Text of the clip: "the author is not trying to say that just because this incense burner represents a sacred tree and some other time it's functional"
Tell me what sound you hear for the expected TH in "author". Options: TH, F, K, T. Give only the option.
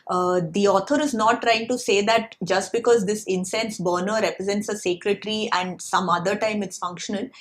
T